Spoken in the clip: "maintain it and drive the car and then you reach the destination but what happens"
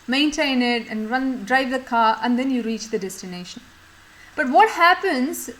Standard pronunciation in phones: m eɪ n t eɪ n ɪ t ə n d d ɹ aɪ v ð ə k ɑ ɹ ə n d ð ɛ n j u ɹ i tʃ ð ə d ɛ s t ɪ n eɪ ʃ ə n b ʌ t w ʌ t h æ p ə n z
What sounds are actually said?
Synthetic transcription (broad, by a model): m eɪ n t eɪ n ɪ t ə n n d ɹ aɪ v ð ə k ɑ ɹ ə n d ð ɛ n j u ɹ i tʃ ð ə d ɛ s t ɪ n eɪ ʃ ə n b ʌ t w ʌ t h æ p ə n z